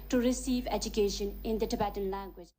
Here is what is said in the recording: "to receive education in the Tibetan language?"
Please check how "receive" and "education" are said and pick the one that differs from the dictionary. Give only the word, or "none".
none